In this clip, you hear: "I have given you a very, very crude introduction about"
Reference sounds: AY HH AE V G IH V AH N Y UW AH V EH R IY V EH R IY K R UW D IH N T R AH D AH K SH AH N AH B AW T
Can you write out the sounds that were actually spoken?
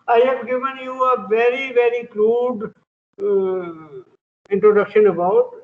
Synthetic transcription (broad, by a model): AY HH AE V G IH V AH N Y UW AH V EH R IY V EH R IY K L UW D IH N T R AH D AH K SH AH N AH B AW T